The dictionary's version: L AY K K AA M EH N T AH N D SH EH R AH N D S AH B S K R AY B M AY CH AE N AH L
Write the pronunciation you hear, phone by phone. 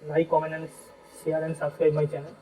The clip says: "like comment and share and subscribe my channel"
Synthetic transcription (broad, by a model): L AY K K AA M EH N AH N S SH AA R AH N S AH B S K R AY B M AY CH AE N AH